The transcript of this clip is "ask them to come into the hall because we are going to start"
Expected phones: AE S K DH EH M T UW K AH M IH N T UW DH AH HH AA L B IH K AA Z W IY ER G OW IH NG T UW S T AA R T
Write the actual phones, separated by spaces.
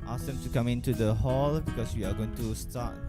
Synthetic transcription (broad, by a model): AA S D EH M T UW K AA M IH N T UW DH AH HH AA L B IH K AA S W IY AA G OW IH NG T UW S T AA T